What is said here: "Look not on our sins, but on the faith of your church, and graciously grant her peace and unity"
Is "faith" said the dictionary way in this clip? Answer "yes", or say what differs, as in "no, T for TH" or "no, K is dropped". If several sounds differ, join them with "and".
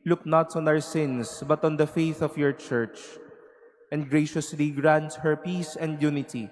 yes